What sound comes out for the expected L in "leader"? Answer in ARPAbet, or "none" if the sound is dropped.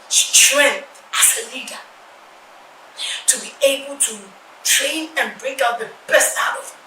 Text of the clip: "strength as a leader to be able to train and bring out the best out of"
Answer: L